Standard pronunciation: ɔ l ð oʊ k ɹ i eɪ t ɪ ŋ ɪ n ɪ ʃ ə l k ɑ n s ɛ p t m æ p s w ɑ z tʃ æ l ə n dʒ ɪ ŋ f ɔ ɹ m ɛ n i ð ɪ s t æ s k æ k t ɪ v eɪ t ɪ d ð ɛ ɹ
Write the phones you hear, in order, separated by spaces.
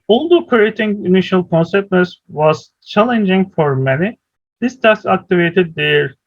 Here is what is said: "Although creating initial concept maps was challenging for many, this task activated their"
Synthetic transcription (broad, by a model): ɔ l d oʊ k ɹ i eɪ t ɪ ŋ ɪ n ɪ ʃ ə l k ɑ n s ɛ p t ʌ s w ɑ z tʃ æ l ə n dʒ ɪ ŋ f ɔ ɹ m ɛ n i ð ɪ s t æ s ɑ k t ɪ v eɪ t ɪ d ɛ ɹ